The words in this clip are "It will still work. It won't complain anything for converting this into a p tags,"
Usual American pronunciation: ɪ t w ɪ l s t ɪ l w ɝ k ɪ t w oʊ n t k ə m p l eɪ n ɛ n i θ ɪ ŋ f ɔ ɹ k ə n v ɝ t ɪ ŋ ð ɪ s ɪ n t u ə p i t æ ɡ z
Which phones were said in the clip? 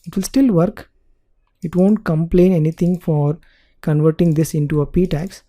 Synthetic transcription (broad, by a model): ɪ t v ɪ l s t ɪ l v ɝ k ɪ t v oʊ n t k ə m p l eɪ n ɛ n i t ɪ ŋ f ɔ ɹ k ə n v ɝ t ɪ ŋ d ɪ s ɪ n t u ə p i t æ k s